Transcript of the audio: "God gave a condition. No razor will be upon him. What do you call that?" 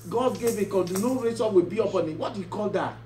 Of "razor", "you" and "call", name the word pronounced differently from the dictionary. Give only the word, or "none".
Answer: razor